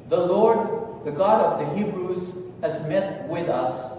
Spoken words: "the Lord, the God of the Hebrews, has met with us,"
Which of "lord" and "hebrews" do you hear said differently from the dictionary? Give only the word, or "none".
none